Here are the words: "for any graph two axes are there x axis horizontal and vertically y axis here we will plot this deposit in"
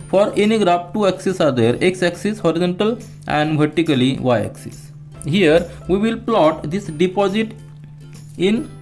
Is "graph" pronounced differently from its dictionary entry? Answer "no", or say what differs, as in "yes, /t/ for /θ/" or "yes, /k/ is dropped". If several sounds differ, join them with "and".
yes, /p/ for /f/